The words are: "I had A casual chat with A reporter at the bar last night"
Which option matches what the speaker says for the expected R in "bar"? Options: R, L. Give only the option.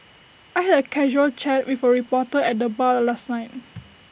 L